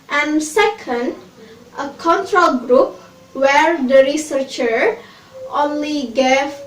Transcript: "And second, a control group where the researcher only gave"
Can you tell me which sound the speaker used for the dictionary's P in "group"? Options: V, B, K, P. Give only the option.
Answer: P